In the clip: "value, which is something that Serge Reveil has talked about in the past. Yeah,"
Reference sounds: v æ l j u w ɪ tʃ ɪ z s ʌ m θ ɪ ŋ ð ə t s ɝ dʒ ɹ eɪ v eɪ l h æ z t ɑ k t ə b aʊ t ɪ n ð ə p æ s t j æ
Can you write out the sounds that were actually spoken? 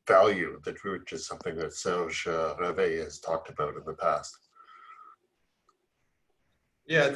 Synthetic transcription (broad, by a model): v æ l j u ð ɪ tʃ ɪ z s ʌ m θ ɪ ŋ ð ə t s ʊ ʒ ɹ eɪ v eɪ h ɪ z t ɑ k t ə b aʊ t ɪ n ð ə p æ s t j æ